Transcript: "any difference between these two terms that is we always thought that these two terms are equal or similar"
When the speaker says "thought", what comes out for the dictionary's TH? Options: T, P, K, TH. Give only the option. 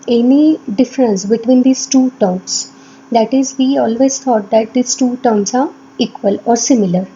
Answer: T